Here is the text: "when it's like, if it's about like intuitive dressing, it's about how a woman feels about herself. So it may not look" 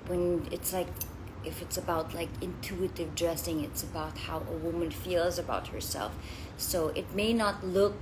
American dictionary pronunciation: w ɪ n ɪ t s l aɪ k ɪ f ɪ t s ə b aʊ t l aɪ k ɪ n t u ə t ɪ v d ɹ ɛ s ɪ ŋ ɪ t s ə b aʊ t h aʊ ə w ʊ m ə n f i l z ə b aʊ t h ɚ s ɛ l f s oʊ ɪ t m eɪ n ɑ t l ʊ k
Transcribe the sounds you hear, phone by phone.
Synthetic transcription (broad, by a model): w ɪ n ɪ t s l aɪ k ɪ f ɪ t s ə b aʊ t l aɪ k ɪ n t u ə t ɪ v d ɹ ɛ s ɪ ŋ ɪ t s ə b aʊ t h aʊ ə w ʊ m ə n f i l z ə b aʊ t h ɚ s ɛ l f s oʊ ɪ t m eɪ n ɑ t l ʊ k